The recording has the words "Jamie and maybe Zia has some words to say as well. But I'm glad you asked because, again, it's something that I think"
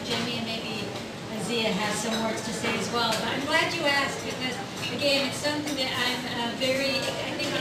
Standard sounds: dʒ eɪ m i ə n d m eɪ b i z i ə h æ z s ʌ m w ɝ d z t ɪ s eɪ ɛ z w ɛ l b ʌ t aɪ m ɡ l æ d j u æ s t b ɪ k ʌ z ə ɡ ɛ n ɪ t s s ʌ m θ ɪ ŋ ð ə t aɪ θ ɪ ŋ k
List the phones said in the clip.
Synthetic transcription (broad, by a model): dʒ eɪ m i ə n m eɪ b i z i ə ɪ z s ʌ m w ɝ d z t ɪ s eɪ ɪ z w ɛ l b ʌ t aɪ m ɡ l æ d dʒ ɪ æ s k b ɪ k ʌ z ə ɡ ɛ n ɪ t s s ʌ m θ ɪ ŋ ð ə t aɪ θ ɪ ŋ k